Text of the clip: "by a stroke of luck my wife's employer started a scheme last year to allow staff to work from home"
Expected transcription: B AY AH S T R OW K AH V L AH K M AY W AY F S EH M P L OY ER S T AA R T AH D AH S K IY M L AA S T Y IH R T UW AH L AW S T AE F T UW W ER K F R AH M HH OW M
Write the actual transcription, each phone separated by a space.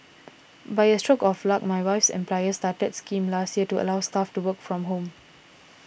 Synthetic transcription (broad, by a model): B AY AH S T R OW K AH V L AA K M AY W AY F S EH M P L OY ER S T AA T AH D S K IY M L AA S T Y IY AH T UW AH L AW S T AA F T UW W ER K F R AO M HH OW M